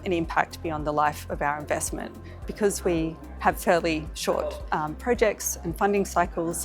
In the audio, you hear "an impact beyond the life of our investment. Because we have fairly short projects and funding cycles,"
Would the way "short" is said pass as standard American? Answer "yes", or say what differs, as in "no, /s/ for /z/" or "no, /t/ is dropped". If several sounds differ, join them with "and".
yes